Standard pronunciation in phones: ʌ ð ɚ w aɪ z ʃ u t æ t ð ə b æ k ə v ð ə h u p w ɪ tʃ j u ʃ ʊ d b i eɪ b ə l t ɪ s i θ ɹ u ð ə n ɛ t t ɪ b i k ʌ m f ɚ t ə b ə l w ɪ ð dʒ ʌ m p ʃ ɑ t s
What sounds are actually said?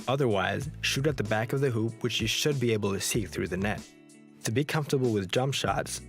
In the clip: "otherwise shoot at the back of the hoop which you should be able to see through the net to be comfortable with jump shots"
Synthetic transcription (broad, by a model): ʌ ð ɚ w aɪ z ʃ u t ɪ t ð ə b æ k ə v ð ə h u p w ɪ tʃ j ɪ ʃ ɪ d b i eɪ b l t ɪ s i θ ɹ u ð ə n ɛ t t ɪ b i k ʌ m f t ə b l w ɪ ð dʒ ʌ m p ʃ ɑ t s